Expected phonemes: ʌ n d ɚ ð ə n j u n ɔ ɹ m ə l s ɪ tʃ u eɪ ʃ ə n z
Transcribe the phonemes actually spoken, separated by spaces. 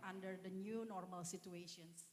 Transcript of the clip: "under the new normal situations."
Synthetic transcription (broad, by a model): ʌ n d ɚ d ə n j u n ɔ ɹ m ə l s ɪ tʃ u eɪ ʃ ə n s